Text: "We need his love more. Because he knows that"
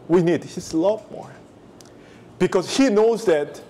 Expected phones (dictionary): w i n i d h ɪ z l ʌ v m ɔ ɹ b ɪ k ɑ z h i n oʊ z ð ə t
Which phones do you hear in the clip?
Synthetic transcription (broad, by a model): w i n i d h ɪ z l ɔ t m ɔ ɹ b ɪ k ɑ s h i n oʊ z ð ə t